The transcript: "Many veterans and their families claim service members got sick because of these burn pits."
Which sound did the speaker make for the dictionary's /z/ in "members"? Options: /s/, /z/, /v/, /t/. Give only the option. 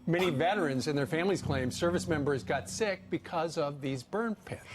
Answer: /z/